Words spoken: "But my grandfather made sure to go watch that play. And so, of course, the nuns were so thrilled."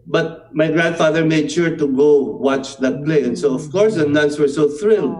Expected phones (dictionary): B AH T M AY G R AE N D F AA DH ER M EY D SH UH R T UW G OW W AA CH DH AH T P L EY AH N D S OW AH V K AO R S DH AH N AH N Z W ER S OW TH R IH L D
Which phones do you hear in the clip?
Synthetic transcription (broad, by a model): B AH T M AY G R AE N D F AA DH ER M EY D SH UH R T UW G OW W AA CH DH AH T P L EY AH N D S OW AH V K AO R S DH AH N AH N S W ER S OW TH R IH L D